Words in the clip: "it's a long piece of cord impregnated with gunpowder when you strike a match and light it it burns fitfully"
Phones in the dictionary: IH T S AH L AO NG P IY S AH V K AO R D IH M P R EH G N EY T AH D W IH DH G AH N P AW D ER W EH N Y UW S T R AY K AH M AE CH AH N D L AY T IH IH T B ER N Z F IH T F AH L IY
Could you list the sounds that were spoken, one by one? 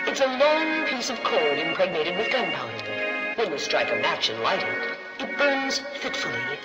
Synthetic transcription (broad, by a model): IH T S AH L AO NG P IY S AH V K AO L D IH M P R EH G N EY T AH D W IH DH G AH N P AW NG W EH N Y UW S T R AY K AH M AE CH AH N L AY T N IH T B ER N Z F IH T F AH L IY